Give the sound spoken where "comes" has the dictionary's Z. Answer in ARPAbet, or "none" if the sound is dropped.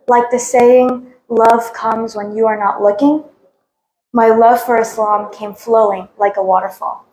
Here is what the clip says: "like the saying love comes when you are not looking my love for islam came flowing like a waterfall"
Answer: Z